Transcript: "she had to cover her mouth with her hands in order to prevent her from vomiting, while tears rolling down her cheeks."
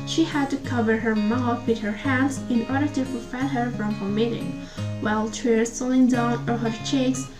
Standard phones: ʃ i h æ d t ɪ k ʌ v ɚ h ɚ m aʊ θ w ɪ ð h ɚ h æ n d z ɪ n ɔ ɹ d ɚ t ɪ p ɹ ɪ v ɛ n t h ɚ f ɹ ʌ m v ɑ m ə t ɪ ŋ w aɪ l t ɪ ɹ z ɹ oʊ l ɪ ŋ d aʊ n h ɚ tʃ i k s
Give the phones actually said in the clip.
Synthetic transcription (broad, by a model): ʃ i h æ d t ɪ k ʌ v ɚ h ɚ m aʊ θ w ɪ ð h ɚ h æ n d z ɪ n ɔ ɹ d ɚ t ɪ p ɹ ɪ f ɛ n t h ɚ f ɹ ʌ m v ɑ m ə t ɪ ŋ w aɪ l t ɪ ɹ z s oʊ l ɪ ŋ d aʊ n h ɚ tʃ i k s